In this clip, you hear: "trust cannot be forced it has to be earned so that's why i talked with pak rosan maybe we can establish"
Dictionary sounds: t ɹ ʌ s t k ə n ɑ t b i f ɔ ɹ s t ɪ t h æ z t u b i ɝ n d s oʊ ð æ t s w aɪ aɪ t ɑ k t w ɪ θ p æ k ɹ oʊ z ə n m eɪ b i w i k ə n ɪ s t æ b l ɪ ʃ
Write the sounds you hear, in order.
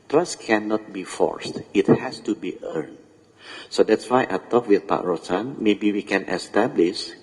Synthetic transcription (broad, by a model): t ɹ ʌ s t k ə n ɑ t b i f ɔ ɹ s t ɪ t h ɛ s t u b i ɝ n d s oʊ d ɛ t s w aɪ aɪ t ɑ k w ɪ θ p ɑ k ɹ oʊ s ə n m eɪ b i w i k ə n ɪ s t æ b l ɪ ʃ